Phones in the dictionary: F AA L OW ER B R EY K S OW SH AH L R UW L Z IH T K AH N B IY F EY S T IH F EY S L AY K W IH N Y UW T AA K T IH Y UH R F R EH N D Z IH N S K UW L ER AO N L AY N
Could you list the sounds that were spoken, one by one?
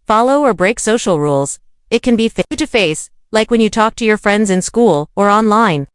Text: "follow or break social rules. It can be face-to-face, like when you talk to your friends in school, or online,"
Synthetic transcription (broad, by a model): F AA L OW ER B R EY K S OW SH L R UW L Z IH T K AH N B IY F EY T IH F EY S L AY K W IH N Y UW T AA K T IH Y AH R F R EH N D Z IH N S K UW L ER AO N L AY N